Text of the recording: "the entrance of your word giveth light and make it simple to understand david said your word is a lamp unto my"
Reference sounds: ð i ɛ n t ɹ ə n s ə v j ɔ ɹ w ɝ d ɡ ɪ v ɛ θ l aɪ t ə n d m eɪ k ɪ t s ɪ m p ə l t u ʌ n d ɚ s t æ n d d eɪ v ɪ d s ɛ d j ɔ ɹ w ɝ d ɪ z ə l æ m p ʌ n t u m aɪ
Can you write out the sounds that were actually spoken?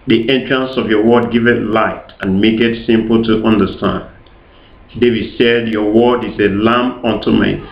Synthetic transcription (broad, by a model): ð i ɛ n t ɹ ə n s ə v j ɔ w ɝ d ɡ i v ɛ t l aɪ t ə n m eɪ k ɪ t s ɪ m p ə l t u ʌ n d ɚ s t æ n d d eɪ v ɪ d s ɛ d j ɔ w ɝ d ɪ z ə l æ m ʌ n t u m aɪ